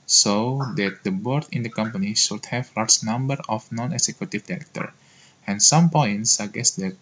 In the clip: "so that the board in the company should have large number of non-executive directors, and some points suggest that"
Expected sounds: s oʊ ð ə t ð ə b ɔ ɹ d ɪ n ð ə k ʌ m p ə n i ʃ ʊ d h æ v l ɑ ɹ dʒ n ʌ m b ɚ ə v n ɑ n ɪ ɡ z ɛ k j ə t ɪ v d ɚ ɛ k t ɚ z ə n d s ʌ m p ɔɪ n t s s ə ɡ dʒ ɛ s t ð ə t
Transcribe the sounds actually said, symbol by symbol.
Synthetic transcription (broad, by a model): s oʊ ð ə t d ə b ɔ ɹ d ɪ n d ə k ʌ m p ə n i ʃ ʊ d h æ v l ɑ ɹ dʒ n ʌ m b ɚ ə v n ɑ n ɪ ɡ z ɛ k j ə t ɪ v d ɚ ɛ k t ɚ ə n s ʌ m p ɔɪ n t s s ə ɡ ɛ s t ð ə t